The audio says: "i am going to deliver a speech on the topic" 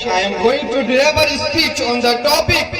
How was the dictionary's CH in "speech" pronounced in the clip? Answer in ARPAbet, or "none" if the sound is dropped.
CH